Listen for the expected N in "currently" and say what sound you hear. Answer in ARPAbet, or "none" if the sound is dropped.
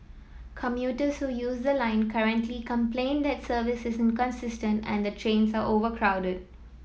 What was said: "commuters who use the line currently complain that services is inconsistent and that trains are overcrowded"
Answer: N